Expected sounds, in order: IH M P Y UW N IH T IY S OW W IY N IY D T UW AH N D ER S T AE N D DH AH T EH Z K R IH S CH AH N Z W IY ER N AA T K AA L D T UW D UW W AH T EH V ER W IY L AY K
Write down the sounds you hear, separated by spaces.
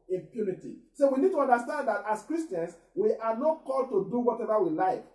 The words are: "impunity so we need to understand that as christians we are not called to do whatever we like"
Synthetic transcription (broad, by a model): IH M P Y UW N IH T IY S OW W IY N IY D T UW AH N D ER S T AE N D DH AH T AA S K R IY S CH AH N S W IY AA N AA T K AA L D T UW D UW W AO T EH V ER W IY L AY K